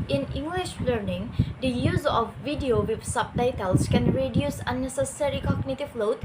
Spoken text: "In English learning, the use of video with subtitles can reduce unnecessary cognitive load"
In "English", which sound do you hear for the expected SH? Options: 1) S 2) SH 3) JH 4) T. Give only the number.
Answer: 2